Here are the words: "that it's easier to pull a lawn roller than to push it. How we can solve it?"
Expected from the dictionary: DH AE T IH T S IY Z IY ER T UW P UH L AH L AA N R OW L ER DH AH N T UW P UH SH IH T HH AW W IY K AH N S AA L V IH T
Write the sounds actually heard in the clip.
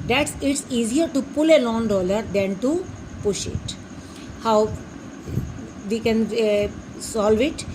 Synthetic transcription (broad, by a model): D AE T IH T S IY Z IY ER T UW P UH L AH L AA N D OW L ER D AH N T UW P UH SH IH T HH AW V IY K AH N S AA L V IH T